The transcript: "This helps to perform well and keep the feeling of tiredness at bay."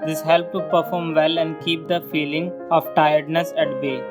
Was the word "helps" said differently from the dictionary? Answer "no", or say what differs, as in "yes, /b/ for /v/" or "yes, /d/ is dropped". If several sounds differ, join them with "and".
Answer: yes, /s/ is dropped